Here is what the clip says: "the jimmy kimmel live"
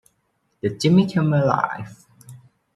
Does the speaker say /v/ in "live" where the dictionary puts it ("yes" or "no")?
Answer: no